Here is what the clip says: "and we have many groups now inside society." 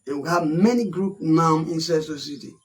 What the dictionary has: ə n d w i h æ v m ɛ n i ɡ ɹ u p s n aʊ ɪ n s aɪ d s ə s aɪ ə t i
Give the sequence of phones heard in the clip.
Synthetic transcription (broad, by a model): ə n w i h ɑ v m ɛ n i ɡ ɹ u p n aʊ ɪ n s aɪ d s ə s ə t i